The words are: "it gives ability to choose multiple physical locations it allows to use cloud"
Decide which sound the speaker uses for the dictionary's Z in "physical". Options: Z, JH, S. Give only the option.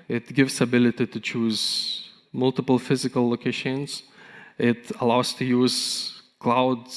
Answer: Z